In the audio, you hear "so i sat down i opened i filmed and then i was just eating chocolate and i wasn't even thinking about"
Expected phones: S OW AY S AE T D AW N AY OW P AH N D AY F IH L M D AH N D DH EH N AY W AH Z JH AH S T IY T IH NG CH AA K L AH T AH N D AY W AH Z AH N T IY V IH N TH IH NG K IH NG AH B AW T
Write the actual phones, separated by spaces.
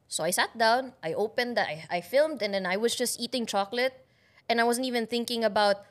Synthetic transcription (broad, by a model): S OW AY S AE T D AW N AY OW P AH N D AY F IH L M D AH N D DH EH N AY W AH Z JH AH S T IY T IH NG CH AA K L AH T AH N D AY W AH Z AH N T IY V IH N TH IH NG K IH NG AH B AW T